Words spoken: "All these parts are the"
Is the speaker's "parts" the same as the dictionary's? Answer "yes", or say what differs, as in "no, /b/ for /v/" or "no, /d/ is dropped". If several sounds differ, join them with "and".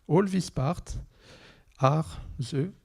no, /s/ is dropped